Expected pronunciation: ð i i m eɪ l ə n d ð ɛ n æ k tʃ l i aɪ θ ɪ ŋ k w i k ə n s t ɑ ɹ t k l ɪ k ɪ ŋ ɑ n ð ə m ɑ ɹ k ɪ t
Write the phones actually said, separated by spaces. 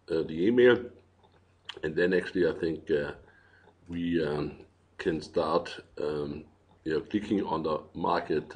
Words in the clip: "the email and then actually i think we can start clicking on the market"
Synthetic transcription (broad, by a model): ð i i m eɪ l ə n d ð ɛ n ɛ k s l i aɪ θ ɪ ŋ k w i k ə n s t ɑ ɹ t k l ɪ k ɪ ŋ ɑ n ð ə m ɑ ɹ k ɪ t